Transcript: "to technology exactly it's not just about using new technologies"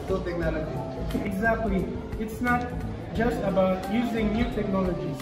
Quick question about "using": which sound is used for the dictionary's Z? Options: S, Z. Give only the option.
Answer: Z